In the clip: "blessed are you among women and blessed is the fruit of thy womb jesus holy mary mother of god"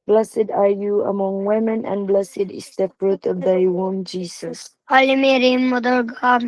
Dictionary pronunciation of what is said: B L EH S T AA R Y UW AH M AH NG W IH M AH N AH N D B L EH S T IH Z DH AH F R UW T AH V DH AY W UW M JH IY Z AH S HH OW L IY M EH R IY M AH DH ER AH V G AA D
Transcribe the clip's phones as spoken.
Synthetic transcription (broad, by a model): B L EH S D AA R Y UW AH M AH NG W IH M AH N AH N B L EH S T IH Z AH P R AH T AH V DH AY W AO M JH IY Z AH S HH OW L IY M EH R IY M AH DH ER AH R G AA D